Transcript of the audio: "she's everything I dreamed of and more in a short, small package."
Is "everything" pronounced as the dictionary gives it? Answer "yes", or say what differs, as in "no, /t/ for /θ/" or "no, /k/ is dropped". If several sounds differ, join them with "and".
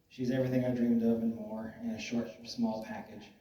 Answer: yes